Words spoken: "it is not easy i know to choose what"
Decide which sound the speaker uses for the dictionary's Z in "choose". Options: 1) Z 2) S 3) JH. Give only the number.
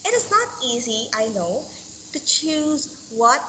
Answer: 1